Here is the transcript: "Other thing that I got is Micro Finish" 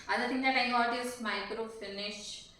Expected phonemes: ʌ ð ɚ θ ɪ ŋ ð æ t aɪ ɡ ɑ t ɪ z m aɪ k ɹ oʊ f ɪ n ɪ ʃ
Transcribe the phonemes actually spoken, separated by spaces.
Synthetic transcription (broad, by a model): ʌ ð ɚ t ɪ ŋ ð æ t aɪ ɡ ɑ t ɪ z m aɪ k ɹ oʊ f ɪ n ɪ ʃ